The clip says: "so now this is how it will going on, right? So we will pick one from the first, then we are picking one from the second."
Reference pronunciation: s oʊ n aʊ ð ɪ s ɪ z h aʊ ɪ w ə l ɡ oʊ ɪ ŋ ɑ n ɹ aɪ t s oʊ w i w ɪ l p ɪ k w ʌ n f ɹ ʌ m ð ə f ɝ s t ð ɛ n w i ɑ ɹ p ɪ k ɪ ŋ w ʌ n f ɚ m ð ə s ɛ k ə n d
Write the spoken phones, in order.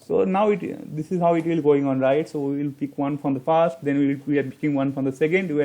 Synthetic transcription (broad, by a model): s oʊ n aʊ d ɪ s ɪ z h aʊ ɪ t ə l ɡ oʊ ɪ ŋ ɑ n ɹ aɪ t s oʊ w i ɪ l p ɪ k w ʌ n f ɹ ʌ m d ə f ɝ s t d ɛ n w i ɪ l p ɪ k ɪ ŋ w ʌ n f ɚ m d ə s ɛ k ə n d